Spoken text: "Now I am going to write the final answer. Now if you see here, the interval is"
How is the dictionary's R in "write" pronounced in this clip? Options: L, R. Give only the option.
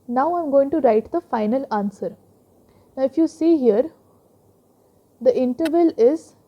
R